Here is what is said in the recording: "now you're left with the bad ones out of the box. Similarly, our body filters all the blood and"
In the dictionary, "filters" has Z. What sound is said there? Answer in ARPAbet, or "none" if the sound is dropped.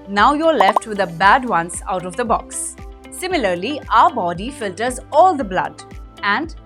Z